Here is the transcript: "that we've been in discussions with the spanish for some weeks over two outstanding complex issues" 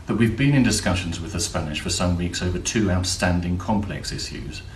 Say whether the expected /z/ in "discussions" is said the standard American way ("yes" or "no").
yes